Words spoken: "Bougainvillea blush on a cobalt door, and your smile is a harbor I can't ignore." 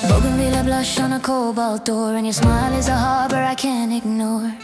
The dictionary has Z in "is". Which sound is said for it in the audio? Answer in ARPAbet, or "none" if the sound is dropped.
Z